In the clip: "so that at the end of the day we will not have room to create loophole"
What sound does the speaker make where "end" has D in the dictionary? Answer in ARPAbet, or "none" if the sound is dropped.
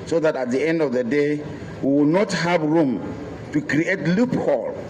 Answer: D